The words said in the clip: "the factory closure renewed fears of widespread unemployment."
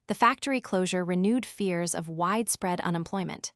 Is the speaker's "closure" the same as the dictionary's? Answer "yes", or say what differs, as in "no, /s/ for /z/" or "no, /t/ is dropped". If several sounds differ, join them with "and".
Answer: yes